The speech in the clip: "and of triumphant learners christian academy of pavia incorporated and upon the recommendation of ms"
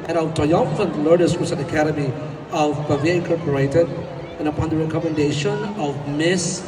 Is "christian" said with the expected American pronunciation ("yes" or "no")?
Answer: no